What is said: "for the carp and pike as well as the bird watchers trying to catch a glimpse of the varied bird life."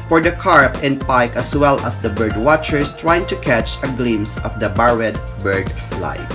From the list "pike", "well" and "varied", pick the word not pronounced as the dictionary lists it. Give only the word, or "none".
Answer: varied